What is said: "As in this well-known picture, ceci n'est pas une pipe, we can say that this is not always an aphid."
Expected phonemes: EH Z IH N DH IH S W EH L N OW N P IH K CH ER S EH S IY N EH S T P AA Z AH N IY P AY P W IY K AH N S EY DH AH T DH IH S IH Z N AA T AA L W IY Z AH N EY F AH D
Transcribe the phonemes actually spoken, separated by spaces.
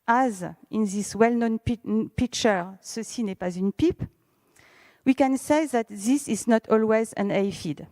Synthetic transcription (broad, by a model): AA Z IH N DH IH S W EH L N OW N P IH K CH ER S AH S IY N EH P AA Z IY N P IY P W IY K AH N S EY DH AH T DH IH S IH Z N AA T AA L W IY Z AH N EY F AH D